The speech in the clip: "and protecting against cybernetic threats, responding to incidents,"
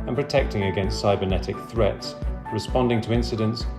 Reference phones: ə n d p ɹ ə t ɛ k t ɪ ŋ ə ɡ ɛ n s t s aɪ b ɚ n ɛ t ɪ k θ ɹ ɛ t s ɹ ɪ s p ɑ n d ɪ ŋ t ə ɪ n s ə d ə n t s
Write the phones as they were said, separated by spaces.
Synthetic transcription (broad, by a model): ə n p ɹ ə t ɛ k t ɪ ŋ ə ɡ ɛ n s t s aɪ b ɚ n ɛ t ɪ k θ ɹ ɛ t s ɹ ɪ s p ɑ n d ɪ ŋ t ə ɪ n s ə d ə n t s